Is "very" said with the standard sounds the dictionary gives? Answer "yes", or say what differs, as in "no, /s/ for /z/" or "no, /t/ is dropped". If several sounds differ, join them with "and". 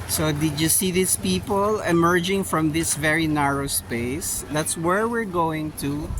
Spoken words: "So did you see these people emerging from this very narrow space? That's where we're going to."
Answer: yes